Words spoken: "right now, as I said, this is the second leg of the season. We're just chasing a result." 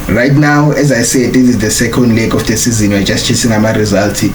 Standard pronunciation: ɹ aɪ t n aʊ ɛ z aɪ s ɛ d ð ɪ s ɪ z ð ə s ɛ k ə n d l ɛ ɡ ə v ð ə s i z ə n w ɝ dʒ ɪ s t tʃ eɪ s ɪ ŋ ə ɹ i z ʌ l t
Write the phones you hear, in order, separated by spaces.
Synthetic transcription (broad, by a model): ɹ aɪ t n aʊ ɛ z aɪ s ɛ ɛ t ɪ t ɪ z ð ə s ɛ k ə n d l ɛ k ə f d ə s i z ə n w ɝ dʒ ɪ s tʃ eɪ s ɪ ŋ ə ɹ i z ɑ l t